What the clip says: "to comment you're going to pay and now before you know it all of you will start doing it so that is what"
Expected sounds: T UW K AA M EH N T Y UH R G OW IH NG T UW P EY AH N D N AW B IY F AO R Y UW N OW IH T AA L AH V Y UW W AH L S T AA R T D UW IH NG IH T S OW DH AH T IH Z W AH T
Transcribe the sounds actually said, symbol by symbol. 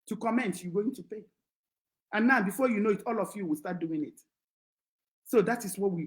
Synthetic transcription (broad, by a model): T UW K AA M EH N T Y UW G OW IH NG T UW P EY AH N N AW B IY F AO Y UW N OW IH T AA L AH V Y UW W AH L S T AA T D UW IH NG IH T S OW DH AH T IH S W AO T